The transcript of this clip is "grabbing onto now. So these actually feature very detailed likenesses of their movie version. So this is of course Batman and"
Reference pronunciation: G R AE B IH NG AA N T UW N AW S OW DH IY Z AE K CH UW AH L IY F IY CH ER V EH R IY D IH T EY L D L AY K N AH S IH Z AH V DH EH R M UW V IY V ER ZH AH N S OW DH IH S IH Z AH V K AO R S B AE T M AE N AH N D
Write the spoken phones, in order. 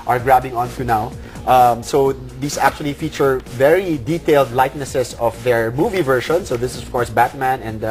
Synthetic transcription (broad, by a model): G R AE B IH NG AA N T UW N AW S OW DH IY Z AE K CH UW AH L IY F IY CH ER V EH R IY D IH T EY L D L AY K N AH S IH S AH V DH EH R M UW V IY V ER SH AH N S OW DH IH S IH S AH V K AO R S B AE T M AE N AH N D